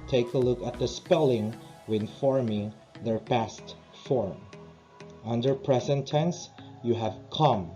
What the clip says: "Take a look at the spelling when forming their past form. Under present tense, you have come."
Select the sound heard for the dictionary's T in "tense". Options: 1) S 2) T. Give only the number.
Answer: 2